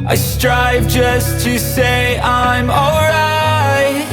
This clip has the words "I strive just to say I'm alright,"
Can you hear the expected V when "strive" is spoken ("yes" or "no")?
yes